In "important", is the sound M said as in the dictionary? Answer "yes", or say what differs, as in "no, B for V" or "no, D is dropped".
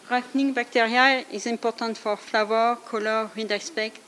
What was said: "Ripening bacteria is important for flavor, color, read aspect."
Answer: no, M is dropped